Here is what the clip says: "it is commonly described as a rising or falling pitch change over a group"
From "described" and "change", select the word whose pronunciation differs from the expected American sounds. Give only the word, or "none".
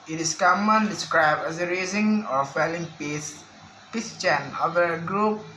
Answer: change